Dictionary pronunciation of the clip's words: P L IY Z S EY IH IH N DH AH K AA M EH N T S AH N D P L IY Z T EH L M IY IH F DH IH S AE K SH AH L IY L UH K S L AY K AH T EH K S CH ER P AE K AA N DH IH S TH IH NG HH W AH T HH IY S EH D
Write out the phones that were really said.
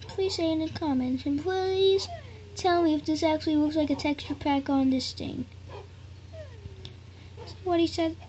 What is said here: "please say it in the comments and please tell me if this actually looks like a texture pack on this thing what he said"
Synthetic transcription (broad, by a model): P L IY S EY IH IH N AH K AA M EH N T AH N P L IY Z T EH L M IY IH F DH IH S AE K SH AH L IY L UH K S L AY K AH T EH K S CH ER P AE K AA N DH IH S TH IH NG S W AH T HH IY S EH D